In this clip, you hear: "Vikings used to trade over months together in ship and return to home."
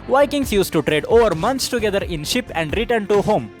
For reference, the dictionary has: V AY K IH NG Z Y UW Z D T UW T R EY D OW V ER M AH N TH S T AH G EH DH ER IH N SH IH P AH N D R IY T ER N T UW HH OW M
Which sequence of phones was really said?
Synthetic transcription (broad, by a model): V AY K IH NG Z Y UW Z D T UW T R EY D OW V ER M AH N T S T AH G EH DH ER IH N SH IH P AH N D R IY T ER N T UW HH OW M